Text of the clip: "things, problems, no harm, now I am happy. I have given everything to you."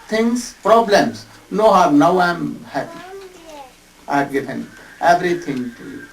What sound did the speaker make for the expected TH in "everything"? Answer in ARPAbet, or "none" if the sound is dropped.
T